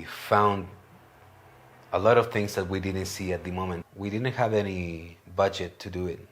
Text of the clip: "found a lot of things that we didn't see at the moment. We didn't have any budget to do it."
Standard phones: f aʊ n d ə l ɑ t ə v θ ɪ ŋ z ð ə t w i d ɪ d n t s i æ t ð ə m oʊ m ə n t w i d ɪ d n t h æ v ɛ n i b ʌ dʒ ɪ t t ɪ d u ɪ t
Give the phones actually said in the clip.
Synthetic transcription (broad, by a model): f aʊ n d ə l ɑ t ə v θ ɪ ŋ z ð ə t w i d ɪ d n t s i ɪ t ð ə m oʊ m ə n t w i d ɪ d n t h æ v ɛ n i b ʌ dʒ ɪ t t ɪ d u ɪ t